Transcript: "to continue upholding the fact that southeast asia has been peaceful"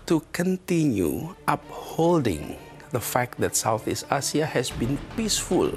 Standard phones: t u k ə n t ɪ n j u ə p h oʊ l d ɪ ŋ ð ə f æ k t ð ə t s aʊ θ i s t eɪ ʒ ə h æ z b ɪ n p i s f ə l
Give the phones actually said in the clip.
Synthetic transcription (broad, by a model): t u k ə n t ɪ n j u ə p h oʊ l d ɪ ŋ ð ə f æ k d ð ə t s aʊ θ i s t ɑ s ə h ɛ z b ɪ n p i s f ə l